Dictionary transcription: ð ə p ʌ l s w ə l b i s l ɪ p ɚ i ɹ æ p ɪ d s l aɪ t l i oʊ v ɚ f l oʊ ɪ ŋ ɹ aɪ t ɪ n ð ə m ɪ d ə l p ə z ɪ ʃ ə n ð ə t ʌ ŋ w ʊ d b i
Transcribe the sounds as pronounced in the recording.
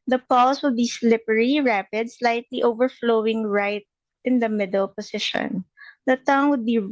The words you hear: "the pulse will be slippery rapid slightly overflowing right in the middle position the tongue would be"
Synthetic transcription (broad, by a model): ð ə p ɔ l s w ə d b i s l ɪ p ɚ i ɹ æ p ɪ d s l aɪ t l i oʊ v ɚ f l oʊ ɪ ŋ ɹ aɪ t ɪ n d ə m ɪ d ə l p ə s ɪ ʃ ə n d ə t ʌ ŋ w ʊ d b i